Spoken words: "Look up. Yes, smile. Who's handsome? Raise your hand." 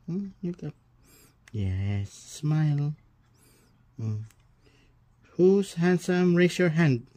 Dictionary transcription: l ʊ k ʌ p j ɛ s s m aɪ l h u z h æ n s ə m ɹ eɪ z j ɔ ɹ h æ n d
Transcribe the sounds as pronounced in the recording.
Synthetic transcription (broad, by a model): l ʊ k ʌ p j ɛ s s m aɪ l h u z h æ n s ə m ɹ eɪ s j ɔ ɹ h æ n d